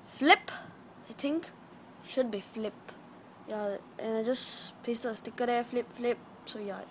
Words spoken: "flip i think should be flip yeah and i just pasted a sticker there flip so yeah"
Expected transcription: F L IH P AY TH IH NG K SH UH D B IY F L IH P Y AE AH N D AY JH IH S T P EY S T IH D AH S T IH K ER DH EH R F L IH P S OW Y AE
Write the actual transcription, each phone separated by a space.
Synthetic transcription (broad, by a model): F L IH P AY T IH NG K SH UH D B IY F L IH P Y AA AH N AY JH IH S P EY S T AH S T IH K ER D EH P F L IH P S OW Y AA